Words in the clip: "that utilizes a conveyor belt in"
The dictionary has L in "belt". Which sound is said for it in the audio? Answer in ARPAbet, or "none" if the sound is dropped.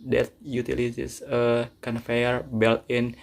L